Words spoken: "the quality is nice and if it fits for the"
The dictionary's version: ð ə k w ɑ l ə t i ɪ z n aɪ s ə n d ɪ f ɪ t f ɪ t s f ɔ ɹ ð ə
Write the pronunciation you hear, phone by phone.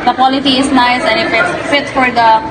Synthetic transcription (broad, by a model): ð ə k w ɑ l ə t i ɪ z n aɪ s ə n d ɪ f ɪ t f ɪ t f ɔ ɹ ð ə